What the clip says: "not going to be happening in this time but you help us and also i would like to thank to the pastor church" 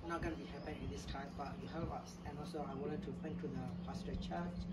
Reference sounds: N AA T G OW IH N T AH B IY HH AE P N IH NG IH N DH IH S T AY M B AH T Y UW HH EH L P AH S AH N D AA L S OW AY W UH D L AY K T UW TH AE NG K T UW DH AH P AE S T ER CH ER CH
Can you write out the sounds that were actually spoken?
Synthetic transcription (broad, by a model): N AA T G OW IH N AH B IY HH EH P IH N IH N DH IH S T AY M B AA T Y UW HH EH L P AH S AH N AA L S OW AY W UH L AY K T UW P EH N T UW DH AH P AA S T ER CH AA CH